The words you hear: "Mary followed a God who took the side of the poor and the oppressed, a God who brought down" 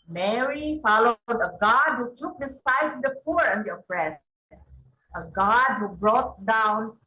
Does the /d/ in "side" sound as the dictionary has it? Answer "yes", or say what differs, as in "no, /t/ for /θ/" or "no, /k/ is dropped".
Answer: no, /d/ is dropped